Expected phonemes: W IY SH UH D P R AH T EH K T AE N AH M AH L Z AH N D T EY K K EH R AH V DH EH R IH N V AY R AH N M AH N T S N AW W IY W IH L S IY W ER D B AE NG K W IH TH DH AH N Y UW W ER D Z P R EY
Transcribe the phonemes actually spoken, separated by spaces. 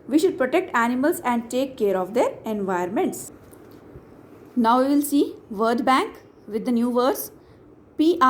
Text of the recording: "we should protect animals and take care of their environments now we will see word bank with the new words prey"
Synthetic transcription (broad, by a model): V IY SH UH D P R AH T EH K T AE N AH M AH L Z AH N D T EY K K EH R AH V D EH R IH N V AY AH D M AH N T S N AW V IY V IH L S IY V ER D B AE NG K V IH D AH N Y UW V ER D S P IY